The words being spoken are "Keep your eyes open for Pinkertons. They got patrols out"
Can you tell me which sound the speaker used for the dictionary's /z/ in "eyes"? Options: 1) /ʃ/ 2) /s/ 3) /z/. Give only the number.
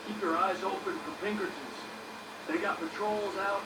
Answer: 3